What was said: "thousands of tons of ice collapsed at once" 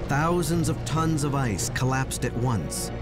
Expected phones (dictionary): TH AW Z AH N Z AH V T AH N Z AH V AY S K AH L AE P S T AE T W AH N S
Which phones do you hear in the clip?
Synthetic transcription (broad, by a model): TH AW Z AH N Z AH V T AH N Z AH V AY S K AH L AE P S T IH T W AH N S